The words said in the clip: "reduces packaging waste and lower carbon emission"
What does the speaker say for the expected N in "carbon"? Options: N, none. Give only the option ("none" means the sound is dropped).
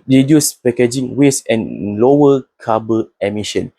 none